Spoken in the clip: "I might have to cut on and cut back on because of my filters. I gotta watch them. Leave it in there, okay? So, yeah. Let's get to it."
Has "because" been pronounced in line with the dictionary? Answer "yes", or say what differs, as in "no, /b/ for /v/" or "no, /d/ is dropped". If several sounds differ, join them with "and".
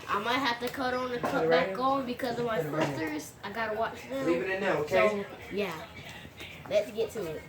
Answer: yes